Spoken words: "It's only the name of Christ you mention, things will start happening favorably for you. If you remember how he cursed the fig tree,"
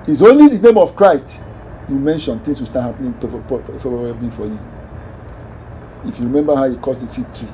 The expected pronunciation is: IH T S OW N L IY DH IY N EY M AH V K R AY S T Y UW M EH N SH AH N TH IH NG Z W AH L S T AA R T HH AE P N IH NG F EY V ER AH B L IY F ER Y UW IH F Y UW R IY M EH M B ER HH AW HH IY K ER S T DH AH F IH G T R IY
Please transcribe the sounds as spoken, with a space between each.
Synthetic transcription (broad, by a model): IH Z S OW N L IY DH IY N EY M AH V K R AY S T Y UW M EH N SH AH N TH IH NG S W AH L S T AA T HH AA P N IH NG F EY ER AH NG F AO Y UW IH F Y UW R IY M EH M B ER HH AW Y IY K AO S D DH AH F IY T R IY